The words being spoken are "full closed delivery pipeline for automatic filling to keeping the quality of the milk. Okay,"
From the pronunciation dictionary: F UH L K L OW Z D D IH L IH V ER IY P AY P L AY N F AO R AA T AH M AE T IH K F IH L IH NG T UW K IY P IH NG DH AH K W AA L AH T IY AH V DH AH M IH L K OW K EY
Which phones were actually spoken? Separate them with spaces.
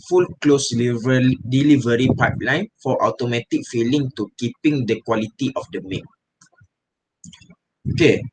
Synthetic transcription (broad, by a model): F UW L K L OW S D D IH L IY V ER IY P AY P L AY N F AO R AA T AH M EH T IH K F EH L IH NG T UW K IY P IH NG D AH K W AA L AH T IY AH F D AH M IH K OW K EY